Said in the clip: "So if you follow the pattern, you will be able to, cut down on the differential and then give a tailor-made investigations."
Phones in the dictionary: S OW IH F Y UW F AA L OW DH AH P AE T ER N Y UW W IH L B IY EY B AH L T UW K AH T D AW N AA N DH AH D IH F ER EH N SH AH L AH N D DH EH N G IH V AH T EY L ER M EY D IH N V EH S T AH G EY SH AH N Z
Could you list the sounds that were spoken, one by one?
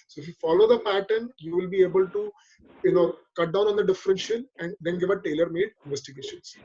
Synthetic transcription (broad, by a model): S OW IH F Y UW F AA L OW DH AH P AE T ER N Y UW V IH L B IY EY B AH L T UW K AH T D AW N AA N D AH D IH F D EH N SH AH N AH N D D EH N G IH V AH T EY L ER M EY D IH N V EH S T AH G EY SH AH N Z